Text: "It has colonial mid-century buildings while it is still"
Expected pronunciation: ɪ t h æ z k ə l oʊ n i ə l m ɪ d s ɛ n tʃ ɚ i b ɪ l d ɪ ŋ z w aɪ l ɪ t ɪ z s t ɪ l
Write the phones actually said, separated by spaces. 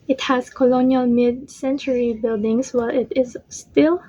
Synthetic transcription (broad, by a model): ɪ t h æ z k ə l oʊ n i ə l m ɪ d s ɛ n tʃ ɚ i b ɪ l d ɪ ŋ s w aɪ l ɪ t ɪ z s t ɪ l